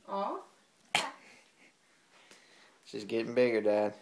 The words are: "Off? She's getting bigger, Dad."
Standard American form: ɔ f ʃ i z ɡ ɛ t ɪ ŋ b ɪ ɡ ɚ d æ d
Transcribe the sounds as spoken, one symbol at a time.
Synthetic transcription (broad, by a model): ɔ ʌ s ɡ ɛ t ɪ ŋ b ɪ ɡ ɚ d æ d